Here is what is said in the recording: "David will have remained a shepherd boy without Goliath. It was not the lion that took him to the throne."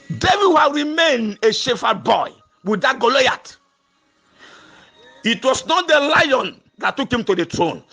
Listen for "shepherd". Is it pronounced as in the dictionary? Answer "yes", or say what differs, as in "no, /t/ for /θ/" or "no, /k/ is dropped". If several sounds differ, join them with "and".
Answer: no, /f/ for /p/